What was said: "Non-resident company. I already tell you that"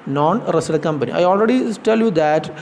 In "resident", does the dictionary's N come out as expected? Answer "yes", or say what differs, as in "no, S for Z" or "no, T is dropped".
no, N is dropped